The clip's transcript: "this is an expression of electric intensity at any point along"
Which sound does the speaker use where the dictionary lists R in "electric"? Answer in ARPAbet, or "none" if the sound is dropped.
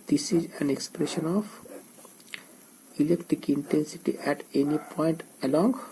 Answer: none